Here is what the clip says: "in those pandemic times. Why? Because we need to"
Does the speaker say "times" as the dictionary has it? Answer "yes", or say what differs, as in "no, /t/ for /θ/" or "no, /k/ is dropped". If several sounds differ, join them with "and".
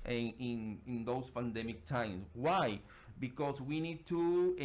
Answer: no, /s/ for /z/